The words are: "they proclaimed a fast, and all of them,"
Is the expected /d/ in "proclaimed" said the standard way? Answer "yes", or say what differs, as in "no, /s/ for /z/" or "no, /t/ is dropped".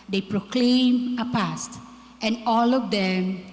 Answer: no, /d/ is dropped